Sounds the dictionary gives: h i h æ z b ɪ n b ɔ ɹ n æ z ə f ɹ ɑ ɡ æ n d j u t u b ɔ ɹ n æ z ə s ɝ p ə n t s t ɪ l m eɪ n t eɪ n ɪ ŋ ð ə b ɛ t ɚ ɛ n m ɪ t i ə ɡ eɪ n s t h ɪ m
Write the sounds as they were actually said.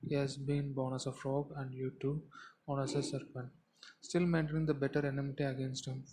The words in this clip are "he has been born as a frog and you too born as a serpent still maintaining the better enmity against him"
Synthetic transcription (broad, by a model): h i h æ z b ɪ n b ɔ ɹ n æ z ə f ɹ ɑ ɡ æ n d j u t u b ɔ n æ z ə s ɝ p ə n t s t ɪ l m eɪ n t eɪ n ɪ ŋ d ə b ɛ t ɚ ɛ n m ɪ t i ə ɡ eɪ n s t h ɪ m